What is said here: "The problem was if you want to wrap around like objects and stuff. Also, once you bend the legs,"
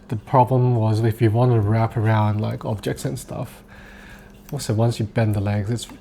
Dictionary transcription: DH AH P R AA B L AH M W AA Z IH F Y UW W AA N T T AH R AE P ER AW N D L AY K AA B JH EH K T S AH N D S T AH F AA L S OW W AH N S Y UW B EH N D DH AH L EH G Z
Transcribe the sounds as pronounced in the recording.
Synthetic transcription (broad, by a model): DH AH P R AA B L AH M W AA Z IH F Y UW W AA N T T AH R AE P ER AW N D L AY K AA B JH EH K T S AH N S T AH F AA S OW W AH N S Y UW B EH N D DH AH L EH G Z